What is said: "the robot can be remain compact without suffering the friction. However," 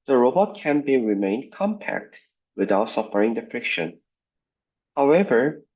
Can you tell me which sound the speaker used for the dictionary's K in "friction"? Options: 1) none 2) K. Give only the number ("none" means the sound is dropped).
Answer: 2